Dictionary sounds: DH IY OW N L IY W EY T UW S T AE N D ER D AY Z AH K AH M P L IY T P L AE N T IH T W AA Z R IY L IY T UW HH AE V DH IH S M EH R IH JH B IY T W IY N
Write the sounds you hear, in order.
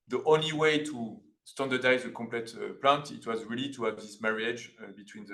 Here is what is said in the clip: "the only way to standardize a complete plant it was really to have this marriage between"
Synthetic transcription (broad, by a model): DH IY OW N L IY W EY T UW S T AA N D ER D AY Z AH K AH M P L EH T P L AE N T IH T W AA Z R IY L IY T UW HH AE V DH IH S M EH R IH JH B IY T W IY N